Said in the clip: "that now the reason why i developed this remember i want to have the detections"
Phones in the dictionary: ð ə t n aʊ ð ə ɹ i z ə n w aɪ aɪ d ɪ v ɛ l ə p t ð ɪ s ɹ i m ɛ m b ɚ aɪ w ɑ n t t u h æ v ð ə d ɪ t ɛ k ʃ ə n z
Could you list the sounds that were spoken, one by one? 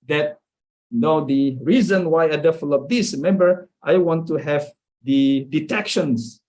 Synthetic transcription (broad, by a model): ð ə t n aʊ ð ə ɹ i z ə n w aɪ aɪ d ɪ f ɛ l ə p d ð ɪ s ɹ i m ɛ m b ɚ aɪ w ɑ n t t u h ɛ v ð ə d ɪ t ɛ k ʃ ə n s